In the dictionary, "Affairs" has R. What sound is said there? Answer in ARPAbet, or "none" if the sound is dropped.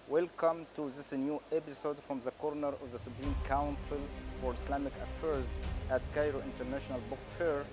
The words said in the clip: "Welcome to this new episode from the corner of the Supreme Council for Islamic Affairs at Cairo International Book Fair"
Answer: R